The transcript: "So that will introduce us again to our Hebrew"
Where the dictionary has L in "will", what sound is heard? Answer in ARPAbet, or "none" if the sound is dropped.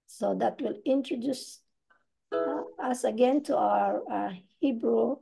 L